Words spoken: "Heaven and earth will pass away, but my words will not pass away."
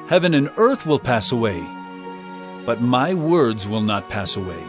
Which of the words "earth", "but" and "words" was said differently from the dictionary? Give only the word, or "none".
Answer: none